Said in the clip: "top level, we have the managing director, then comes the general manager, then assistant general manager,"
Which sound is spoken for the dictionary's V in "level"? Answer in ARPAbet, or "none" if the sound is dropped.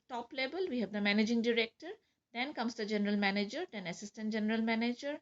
B